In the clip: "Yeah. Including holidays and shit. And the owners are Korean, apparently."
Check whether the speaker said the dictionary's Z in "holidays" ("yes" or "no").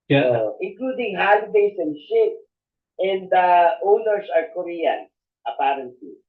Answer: no